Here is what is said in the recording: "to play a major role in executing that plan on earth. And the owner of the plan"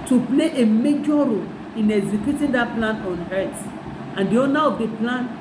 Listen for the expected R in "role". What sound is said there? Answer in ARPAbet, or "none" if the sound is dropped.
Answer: R